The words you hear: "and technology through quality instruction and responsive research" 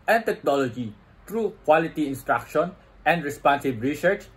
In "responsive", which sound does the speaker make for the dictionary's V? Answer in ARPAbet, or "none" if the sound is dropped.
B